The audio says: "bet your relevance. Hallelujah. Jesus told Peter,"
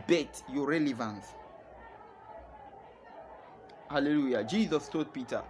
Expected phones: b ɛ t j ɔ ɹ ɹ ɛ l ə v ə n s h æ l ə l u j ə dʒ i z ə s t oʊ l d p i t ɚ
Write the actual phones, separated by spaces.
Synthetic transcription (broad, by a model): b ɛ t j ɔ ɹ ɹ ɛ l ə v ə n s h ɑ l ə l u j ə dʒ i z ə s t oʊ d p i t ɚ